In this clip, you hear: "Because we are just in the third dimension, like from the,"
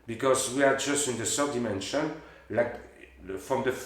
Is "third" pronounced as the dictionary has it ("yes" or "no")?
no